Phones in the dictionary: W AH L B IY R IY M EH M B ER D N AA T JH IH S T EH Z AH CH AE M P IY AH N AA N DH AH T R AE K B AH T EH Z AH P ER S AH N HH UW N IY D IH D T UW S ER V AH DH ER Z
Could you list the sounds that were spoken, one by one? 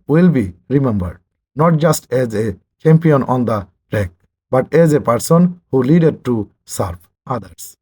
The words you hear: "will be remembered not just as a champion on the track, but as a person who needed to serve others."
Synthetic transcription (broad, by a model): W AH L B IY R IY M EH M B ER D N AA T JH IH S T EH Z AH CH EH M P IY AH N AA N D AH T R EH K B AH T EH Z AH P ER S AH N HH UW L IY D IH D T UW S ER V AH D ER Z